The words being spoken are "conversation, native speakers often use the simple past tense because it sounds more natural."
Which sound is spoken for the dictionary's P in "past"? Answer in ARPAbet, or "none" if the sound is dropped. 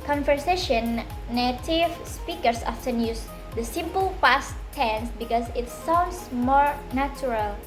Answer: F